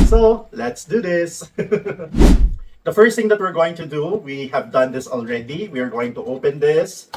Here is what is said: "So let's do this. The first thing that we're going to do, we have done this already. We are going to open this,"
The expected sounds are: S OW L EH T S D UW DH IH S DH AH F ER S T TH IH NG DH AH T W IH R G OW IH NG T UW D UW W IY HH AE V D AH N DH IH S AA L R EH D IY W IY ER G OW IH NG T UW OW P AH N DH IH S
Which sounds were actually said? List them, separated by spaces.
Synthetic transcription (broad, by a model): S OW L EH T S D UW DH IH S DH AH F ER S T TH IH NG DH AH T W IH R G OW IH NG T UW D UW W IY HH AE V D AH N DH IH S AA L R EH D IY W IY ER G OW IH NG T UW OW P AH N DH IH S